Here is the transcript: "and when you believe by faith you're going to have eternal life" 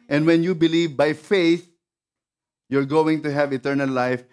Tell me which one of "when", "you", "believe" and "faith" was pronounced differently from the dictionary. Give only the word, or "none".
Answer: none